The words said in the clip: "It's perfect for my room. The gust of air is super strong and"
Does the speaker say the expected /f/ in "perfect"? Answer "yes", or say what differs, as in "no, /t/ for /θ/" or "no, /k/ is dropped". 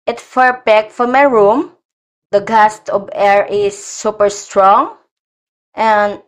no, /p/ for /f/